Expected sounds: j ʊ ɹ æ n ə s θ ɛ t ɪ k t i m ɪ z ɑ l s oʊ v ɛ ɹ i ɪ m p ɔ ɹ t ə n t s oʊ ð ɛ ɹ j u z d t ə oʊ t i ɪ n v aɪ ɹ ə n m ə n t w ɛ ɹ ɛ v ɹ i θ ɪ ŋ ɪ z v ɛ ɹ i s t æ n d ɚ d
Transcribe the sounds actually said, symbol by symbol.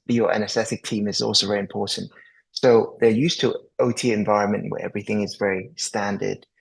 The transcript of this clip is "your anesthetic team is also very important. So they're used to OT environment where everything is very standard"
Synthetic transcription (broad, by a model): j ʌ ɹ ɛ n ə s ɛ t ɪ k t i m ɪ z ɑ l s oʊ v ɛ ɹ i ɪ m p ɔ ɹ t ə n t s oʊ ð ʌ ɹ j u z t ə oʊ t i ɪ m v aɪ ɹ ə n m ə n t w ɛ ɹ ɛ v ɹ i θ ɪ ŋ ɪ z v ɛ ɹ i s t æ n d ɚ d